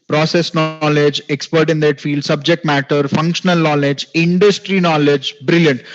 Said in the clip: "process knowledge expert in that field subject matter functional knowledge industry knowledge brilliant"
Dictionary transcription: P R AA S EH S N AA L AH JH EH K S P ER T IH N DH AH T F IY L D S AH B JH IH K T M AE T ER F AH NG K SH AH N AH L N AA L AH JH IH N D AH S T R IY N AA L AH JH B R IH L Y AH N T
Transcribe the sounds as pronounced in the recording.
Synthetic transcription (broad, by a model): P R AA S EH S N AA L AH JH EH K S P ER T IH N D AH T F IY L D S AH B JH IH K T M AE T ER F AH NG K SH AH N AH L N AA L AH JH IH N D AH S T R IY N AA L AH JH B R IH L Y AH N T